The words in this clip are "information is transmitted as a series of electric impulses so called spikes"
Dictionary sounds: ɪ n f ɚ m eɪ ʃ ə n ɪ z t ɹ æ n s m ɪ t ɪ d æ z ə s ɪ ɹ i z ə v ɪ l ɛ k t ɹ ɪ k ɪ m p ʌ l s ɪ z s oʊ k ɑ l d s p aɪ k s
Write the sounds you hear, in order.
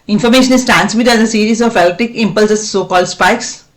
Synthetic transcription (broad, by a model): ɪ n f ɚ m eɪ ʃ ə n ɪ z t ɹ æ n s m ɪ t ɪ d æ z ə s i ɹ i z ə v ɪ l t ɪ k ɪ m p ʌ l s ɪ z s oʊ k ɑ l d s p aɪ k s